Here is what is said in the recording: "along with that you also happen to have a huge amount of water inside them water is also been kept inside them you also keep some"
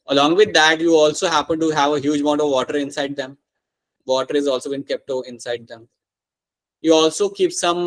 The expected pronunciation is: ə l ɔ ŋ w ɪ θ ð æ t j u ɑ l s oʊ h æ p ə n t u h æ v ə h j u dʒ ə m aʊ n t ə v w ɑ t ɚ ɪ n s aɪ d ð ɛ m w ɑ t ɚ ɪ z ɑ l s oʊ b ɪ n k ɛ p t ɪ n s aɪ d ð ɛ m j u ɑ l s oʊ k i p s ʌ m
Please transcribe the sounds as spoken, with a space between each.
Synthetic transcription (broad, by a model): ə l ɔ ŋ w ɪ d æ t j u ɑ l s oʊ h æ p ə n t u h æ v ə h j u dʒ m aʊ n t ə v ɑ t ɚ ɪ n s aɪ d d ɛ m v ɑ t ɚ ɪ z ɑ l s oʊ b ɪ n k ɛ p t ɪ n s aɪ d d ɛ m j u ɑ l s oʊ k i p s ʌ m